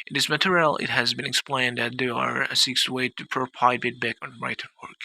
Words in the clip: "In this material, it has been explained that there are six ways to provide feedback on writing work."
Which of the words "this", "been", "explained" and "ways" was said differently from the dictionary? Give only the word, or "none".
ways